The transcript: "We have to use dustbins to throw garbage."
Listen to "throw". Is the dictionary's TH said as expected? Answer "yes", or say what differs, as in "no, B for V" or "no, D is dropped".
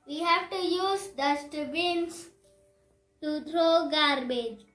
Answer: no, T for TH